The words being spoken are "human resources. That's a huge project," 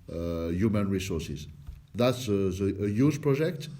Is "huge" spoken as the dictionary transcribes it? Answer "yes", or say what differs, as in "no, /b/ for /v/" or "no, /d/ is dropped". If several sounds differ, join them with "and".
no, /z/ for /dʒ/